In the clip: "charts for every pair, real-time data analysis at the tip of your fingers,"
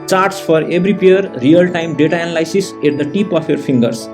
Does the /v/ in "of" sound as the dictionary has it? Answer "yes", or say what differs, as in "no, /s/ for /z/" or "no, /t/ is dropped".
no, /p/ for /v/